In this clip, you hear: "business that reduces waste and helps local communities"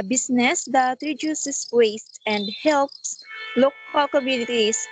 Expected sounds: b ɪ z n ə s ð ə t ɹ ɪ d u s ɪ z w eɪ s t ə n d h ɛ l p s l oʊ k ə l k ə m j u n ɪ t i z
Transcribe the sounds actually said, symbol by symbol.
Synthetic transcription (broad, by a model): b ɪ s n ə s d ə t ɹ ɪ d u s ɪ s w eɪ s t ə n d h ɛ l p s l oʊ k ə l k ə m j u n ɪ t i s